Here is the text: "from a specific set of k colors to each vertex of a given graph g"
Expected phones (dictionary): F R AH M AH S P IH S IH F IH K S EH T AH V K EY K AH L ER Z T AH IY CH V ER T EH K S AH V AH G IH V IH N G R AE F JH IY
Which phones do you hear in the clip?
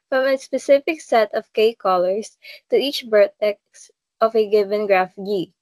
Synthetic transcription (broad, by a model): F R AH M AH S P IH S IH F IH K S EH T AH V K EY K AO L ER S T AH IY CH B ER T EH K S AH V AH G IH V IH N G R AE F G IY